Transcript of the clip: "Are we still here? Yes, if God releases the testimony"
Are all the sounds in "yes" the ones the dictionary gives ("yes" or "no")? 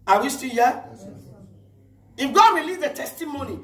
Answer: no